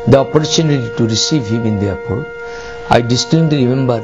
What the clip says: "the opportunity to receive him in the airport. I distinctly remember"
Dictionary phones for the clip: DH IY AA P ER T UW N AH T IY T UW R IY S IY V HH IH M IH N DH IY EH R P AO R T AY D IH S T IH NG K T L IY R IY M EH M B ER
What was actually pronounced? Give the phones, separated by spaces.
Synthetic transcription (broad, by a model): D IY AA P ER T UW N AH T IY T UW R IY S IY V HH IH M IH N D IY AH P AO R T AY D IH S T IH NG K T IY R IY M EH M B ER